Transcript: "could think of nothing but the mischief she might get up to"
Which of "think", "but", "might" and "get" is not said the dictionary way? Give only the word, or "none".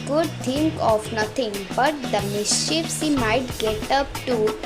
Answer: think